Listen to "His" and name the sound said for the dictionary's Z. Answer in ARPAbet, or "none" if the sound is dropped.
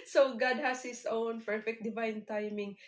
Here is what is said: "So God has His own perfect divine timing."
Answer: S